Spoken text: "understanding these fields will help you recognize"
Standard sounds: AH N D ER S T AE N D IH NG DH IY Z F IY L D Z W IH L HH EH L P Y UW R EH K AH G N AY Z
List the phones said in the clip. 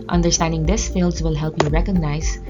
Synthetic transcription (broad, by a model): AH N D ER S T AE N D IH NG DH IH S F IY L D Z W IH L HH EH L P Y UW R EH K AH G N AY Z